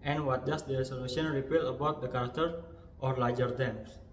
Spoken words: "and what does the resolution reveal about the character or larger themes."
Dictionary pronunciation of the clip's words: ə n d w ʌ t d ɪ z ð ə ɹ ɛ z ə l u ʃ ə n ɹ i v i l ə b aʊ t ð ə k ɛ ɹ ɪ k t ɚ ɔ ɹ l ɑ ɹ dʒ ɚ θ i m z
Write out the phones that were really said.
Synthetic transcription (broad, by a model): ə n w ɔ t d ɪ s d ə ɹ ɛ s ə l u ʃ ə n ɹ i p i l ə b aʊ t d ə k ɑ ɹ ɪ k t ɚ ɔ ɹ l ɑ ɹ dʒ ɚ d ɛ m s